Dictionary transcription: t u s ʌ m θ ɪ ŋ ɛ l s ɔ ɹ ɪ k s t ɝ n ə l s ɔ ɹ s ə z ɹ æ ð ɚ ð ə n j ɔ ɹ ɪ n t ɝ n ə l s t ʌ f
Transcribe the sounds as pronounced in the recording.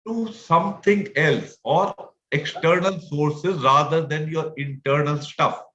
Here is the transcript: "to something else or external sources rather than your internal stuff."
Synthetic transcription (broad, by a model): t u s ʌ m t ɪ ŋ ɛ l s ɔ ɹ ɪ k s t ɝ n ə l s ɔ ɹ s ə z ɹ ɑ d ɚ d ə n j ɔ ɹ ɪ n t ɝ n ə l s t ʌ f